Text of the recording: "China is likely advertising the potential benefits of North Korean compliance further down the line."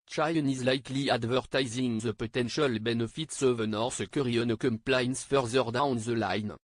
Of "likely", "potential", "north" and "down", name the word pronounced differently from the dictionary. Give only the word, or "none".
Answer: north